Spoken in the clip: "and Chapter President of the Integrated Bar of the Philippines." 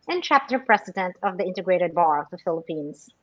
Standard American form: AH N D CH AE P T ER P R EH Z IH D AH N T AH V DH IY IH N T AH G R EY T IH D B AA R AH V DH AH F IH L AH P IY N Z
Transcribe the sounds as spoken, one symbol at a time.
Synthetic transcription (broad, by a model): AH N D CH AE P T ER P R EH S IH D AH N T AH V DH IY IH N T AH G R EY T IH D B AA R AH V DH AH F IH L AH P IY N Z